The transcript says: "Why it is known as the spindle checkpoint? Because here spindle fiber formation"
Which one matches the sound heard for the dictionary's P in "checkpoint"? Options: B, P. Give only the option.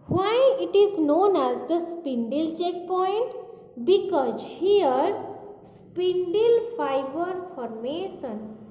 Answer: P